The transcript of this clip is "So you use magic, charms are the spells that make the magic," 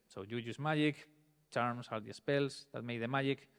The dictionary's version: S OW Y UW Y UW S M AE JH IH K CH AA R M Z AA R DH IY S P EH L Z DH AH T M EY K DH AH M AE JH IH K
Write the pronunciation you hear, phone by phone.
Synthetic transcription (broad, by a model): S OW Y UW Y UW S M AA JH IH K CH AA R M S AA R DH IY S P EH L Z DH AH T M EY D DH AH M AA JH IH K